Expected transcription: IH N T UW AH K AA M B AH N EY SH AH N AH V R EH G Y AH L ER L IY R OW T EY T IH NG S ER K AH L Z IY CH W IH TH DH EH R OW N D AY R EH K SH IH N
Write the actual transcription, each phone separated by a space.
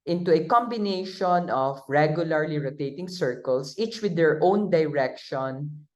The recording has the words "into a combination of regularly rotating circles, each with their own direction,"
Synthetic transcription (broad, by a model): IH N T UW AH K AA M B AH N EY SH AH N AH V R EH G Y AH L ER L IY R OW T EY T IH NG S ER K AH L S IY CH W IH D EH R OW N D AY R EH K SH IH N